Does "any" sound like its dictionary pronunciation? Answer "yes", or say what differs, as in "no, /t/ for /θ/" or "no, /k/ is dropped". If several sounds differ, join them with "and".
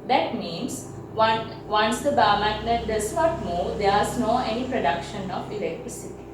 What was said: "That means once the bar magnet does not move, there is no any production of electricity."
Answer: yes